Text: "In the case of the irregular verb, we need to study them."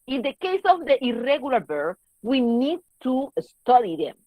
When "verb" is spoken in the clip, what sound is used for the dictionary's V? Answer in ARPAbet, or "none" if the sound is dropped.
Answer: B